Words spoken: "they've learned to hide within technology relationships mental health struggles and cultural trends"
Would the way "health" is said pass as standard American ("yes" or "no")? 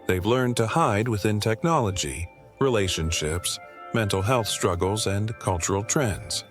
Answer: yes